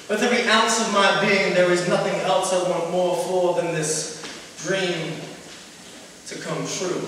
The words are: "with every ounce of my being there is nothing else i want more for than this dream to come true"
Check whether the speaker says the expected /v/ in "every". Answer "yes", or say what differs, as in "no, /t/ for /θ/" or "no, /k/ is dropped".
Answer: no, /v/ is dropped